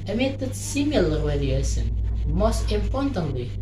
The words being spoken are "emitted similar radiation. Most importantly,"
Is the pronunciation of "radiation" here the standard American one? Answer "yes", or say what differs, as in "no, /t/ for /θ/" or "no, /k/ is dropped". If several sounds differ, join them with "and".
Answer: no, /w/ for /ɹ/ and /s/ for /ʃ/